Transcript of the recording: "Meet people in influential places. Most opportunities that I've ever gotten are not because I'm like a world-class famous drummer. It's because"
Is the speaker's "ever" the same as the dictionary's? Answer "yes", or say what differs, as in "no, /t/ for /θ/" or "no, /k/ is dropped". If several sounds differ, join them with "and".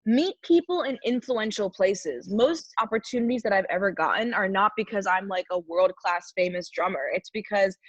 yes